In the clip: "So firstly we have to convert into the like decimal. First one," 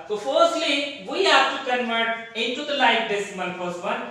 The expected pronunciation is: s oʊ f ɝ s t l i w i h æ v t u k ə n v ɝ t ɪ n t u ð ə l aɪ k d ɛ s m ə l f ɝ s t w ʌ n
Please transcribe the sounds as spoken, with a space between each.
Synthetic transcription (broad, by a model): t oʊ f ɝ s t l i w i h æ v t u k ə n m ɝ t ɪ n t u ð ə l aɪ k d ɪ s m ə n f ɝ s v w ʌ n